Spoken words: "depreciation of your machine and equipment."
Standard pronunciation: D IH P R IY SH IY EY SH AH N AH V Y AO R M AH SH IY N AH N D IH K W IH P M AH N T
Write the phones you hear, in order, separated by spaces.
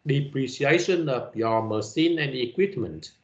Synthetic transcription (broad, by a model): D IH P R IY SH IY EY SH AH N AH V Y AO M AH S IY N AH N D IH K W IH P M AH N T